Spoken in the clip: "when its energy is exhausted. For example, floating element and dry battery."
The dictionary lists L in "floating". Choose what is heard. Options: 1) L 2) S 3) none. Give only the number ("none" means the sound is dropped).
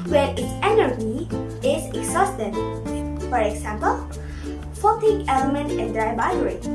3